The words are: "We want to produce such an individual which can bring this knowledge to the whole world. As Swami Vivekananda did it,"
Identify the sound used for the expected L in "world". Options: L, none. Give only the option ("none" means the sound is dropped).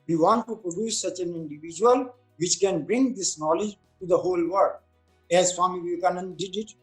none